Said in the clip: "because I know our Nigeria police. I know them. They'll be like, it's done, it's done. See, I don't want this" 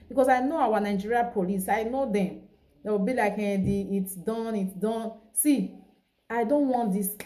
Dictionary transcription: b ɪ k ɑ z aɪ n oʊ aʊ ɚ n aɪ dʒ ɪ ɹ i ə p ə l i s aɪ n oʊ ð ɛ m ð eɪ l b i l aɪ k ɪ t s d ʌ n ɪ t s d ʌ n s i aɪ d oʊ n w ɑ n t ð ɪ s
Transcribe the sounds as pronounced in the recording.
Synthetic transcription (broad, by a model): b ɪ k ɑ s aɪ n oʊ aʊ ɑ n aɪ dʒ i ɹ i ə p ə l i s aɪ n oʊ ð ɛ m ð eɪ w b i l aɪ k ɪ t s d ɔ n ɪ t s d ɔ n s i aɪ d oʊ n w ɑ n t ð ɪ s